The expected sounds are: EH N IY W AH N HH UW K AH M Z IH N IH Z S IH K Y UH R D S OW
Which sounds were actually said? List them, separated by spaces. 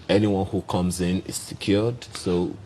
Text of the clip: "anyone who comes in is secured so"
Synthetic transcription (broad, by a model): EH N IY W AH N HH UW K AH M Z IH N IH Z S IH K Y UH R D S OW